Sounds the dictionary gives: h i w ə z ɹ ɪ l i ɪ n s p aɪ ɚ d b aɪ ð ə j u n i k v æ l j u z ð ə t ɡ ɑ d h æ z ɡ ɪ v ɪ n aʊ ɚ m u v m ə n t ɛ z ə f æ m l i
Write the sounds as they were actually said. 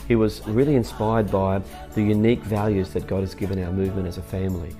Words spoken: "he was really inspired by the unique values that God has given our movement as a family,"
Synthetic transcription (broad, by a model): h i w ə z ɹ ɪ l i ɪ n s p aɪ ɚ d b aɪ ð ə j u n i k v æ l j u z ð ə t ɡ ɑ d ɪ z ɡ ɪ v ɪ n aʊ ɚ m u v m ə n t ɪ z ə f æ m l i